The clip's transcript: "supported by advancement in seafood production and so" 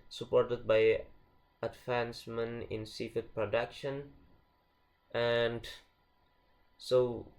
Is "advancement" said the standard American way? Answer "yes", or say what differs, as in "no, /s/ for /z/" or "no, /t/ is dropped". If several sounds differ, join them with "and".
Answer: no, /t/ is dropped